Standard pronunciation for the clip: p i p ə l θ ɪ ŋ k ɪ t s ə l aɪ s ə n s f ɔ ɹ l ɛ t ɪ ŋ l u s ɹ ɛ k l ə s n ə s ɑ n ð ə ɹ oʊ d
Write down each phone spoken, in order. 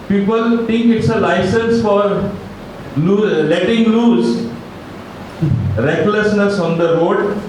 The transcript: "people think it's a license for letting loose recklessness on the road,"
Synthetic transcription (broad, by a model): p i p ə l t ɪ ŋ k ɪ t s ə l aɪ s ə n s f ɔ ɹ l ɛ t ɪ ŋ l u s ɹ ɛ k l ə s n ə s ɑ n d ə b oʊ d